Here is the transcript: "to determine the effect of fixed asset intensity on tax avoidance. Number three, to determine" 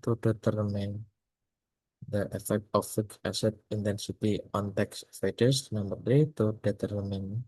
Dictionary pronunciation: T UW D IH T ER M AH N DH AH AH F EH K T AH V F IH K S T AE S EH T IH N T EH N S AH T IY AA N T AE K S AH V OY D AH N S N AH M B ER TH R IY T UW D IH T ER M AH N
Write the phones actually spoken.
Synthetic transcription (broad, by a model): T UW D IH T ER M AH N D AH AH F EH K T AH F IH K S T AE S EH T IH N T EH N S AH T IY AA N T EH K S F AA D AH S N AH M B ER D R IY T UW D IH T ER M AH N